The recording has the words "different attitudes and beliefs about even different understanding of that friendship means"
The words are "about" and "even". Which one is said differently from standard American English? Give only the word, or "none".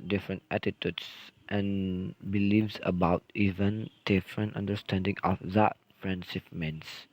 none